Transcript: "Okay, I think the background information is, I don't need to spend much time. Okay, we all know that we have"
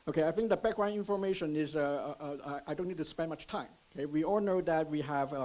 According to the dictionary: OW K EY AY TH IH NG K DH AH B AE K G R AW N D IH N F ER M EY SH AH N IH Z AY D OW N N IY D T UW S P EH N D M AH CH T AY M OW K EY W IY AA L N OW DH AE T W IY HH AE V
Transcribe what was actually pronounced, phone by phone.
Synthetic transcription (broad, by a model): OW K EY AY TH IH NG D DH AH B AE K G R AW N IH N F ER M EY SH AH N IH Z AY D OW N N IY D T UW S P EH N D M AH CH T AY M OW K EY W IY AA L N OW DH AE T W IY HH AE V